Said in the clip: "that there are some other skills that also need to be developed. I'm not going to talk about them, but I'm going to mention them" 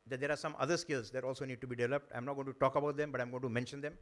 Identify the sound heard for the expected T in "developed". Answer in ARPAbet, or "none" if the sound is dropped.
T